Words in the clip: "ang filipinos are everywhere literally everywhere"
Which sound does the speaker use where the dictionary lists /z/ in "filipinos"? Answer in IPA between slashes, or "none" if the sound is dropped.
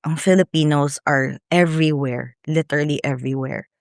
/s/